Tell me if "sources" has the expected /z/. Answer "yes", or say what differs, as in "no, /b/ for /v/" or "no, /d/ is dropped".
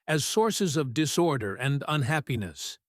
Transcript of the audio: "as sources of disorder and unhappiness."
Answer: yes